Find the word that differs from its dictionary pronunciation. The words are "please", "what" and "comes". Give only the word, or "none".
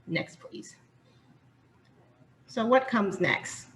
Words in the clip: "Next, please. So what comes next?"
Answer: none